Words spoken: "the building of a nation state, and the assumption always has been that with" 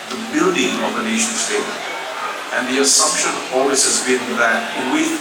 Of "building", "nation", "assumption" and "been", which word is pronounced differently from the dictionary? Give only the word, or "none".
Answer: none